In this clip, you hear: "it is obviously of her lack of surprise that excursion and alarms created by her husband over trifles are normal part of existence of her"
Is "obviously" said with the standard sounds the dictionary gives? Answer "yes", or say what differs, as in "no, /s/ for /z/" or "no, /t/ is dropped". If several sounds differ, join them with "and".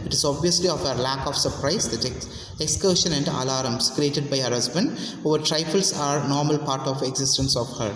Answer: yes